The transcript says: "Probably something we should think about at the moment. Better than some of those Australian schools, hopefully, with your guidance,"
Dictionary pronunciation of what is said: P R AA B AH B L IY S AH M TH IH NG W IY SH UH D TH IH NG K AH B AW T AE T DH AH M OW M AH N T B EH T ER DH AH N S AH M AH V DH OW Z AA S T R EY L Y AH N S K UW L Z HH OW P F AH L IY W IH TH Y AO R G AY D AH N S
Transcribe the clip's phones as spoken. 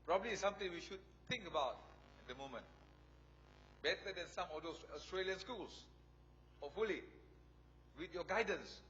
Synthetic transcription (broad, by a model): P R AA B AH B L IY S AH M T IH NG W IY SH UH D T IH NG K AH B AW T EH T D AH M OW M AH N T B EH T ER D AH N S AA M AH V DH OW S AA S T R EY L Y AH N S K UW L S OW F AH L IY W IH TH Y AO G AY D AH N S